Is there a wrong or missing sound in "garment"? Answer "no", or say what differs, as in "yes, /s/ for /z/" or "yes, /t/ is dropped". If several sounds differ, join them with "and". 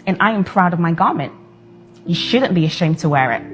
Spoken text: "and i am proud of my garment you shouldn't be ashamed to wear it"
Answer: no